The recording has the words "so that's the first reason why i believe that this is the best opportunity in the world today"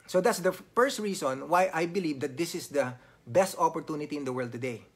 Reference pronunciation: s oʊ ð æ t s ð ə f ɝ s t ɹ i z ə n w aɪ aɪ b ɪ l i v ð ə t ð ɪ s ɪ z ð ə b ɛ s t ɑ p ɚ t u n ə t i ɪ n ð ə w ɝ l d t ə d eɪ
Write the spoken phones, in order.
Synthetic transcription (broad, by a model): s oʊ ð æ t s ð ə f ɝ s t ɹ i s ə n w aɪ aɪ b ɪ l i v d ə t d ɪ s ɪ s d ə b ɛ s t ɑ p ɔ t u n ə t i ɪ n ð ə w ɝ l d t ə d eɪ